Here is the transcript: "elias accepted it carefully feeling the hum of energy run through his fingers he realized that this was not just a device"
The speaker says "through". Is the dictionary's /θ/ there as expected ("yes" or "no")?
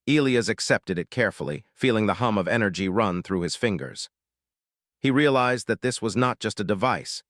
yes